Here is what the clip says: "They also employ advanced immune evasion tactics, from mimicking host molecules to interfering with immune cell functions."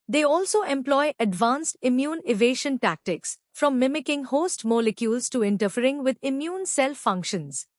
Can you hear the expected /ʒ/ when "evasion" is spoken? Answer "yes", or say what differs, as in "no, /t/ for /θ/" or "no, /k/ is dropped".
no, /ʃ/ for /ʒ/